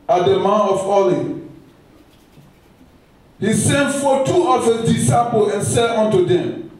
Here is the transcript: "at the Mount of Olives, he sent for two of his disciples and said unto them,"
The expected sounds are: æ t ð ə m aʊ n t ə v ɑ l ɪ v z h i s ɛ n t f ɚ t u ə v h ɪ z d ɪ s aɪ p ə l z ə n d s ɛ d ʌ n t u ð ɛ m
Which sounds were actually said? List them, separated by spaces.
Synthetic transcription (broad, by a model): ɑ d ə m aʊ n ə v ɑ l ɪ h i s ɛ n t f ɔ t u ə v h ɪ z d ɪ s aɪ p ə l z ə n s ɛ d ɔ n t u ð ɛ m